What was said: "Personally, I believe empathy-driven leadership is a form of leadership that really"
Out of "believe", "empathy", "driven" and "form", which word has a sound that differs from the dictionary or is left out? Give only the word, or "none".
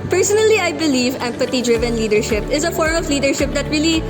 empathy